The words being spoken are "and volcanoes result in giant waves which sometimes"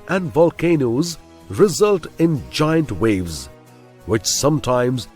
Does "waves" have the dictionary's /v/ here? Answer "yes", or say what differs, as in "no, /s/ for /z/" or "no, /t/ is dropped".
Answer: yes